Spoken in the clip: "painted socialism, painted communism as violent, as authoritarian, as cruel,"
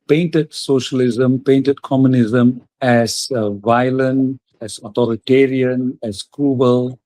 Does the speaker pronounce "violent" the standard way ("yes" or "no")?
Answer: no